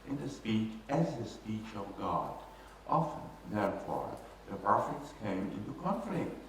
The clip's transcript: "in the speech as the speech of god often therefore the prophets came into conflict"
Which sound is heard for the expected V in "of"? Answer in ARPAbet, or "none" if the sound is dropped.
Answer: V